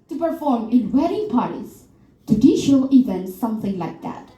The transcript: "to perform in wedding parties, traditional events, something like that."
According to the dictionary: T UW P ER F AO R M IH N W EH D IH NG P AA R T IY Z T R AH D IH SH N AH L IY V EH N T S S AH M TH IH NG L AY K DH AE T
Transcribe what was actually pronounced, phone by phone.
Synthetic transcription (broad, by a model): T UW P ER F AO R M IH N W EH D IH NG P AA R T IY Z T AH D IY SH AH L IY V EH N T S S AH M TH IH NG L AY K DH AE T